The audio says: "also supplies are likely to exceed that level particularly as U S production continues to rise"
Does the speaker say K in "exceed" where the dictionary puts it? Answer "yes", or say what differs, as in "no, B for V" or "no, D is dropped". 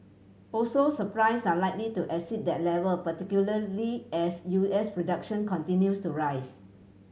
no, K is dropped